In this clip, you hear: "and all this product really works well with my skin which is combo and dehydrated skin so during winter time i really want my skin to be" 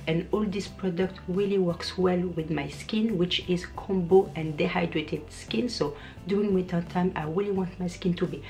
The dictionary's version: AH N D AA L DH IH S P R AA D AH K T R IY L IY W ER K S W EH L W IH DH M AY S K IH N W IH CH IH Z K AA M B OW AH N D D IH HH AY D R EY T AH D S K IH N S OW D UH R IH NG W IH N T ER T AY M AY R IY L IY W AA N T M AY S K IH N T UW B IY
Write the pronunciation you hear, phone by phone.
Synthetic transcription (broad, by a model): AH N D AA L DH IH S P R AA D AH K T R IY L IY W ER K S W EH L W IH DH M AY S K IH N W IH CH IH Z K AA M B OW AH N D D IH HH AY D R EY T AH D S K IH N S OW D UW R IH NG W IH T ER T AY M AY R IY L IY W AA N T M AY S K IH N T UW B IY